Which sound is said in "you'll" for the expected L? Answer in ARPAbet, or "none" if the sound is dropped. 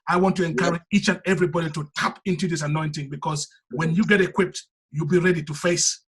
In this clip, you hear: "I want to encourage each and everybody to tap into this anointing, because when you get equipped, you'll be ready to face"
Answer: L